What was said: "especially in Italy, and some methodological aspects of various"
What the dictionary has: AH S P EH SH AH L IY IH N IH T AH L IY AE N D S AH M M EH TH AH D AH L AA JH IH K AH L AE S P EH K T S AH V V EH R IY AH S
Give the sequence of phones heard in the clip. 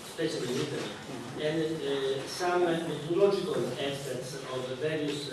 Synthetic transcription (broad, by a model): S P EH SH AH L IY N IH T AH IY N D S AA M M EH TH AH L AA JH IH K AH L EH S EH T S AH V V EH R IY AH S